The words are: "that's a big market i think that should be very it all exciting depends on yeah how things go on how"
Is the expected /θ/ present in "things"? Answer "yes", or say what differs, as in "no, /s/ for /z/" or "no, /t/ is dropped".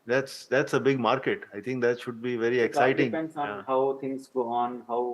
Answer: no, /t/ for /θ/